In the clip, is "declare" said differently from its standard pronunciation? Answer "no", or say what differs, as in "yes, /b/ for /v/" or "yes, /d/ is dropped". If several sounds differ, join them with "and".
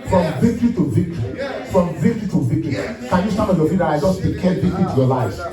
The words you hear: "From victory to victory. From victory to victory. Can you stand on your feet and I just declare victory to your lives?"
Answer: yes, /l/ is dropped